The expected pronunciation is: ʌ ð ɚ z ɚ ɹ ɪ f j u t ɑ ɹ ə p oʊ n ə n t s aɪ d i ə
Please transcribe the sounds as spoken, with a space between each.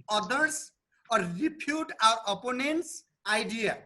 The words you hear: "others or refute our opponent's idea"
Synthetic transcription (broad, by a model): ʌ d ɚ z ɚ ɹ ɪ p j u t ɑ w ə p oʊ n ə n t s aɪ d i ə